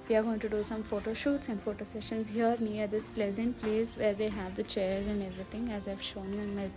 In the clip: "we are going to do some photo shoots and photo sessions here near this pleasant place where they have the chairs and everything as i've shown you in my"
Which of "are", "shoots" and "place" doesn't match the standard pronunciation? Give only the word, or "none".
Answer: none